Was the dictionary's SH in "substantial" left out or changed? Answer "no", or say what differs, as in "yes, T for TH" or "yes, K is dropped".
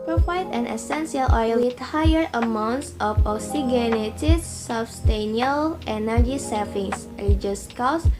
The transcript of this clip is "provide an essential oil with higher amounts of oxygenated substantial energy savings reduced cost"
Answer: yes, SH is dropped